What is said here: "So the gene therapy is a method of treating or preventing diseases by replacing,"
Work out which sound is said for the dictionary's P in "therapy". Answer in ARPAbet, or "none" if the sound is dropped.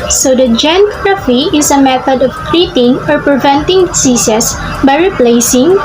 F